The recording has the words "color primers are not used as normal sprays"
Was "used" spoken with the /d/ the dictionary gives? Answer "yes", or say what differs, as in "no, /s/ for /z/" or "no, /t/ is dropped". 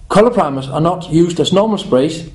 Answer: yes